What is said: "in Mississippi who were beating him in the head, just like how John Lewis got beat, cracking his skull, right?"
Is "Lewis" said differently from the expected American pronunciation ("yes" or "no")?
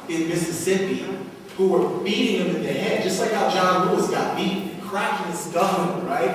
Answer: yes